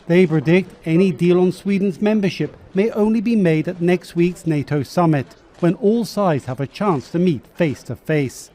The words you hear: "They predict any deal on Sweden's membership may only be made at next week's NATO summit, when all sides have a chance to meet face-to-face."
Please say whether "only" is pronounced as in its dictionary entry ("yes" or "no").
yes